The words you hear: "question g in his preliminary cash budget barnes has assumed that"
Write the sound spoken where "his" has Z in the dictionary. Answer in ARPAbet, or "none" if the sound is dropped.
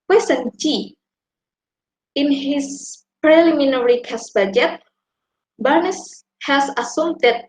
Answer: S